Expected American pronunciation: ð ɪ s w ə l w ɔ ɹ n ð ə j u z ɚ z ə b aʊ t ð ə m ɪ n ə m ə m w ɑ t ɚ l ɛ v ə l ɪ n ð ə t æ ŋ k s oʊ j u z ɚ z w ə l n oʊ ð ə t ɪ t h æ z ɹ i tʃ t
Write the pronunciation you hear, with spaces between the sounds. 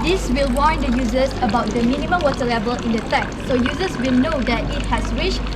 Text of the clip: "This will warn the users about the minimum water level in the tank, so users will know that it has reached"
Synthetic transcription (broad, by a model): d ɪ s w ə l w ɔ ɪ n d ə j u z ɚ s ə b aʊ t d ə m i n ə m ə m w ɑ t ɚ l ɛ v ə l ɪ n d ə t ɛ k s oʊ j u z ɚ s w ə l n oʊ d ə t ɪ t h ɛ s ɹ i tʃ